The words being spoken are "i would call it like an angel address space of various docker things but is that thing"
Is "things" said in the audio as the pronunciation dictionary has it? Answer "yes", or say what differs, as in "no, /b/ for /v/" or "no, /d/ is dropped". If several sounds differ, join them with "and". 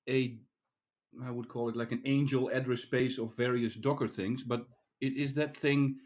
yes